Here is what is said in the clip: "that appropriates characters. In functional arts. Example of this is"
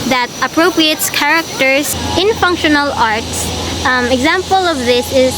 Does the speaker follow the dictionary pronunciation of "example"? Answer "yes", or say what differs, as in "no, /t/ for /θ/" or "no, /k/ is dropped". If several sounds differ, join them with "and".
yes